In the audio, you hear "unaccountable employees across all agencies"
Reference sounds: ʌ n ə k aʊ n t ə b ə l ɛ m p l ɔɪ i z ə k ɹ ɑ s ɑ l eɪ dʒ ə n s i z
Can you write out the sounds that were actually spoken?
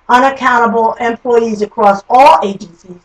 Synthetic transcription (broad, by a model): ʌ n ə k aʊ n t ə b l ɛ m p l ɔɪ i z ə k ɹ ɑ s ɑ l eɪ dʒ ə n s i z